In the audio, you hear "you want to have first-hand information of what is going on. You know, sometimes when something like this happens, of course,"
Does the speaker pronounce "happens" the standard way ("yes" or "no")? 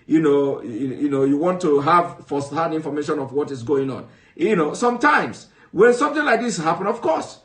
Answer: no